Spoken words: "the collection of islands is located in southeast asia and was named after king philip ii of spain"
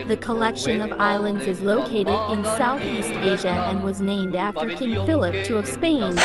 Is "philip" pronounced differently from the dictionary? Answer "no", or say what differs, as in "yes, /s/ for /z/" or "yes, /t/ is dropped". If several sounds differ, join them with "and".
no